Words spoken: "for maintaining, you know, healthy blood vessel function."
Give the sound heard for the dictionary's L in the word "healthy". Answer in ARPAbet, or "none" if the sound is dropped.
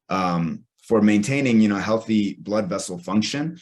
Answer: L